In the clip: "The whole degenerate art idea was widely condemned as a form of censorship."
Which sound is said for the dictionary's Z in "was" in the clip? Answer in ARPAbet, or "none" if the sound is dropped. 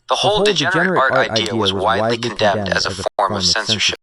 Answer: Z